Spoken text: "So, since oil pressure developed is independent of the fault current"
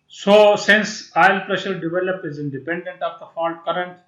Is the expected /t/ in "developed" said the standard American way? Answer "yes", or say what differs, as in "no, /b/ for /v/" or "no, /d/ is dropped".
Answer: no, /t/ is dropped